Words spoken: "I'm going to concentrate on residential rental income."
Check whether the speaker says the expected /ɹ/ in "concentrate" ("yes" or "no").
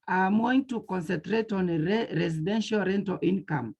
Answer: yes